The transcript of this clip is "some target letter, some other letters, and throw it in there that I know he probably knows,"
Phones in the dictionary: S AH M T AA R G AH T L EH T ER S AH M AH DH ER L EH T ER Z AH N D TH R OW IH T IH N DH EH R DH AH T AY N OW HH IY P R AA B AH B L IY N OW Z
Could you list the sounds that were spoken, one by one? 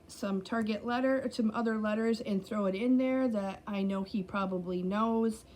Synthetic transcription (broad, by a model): S AH M T AA R G AH T L EH T ER S AH M AH DH ER L EH T ER Z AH N TH R OW IH T IH N DH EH R DH AH T AY N OW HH IY P R AA B AH B L IY N OW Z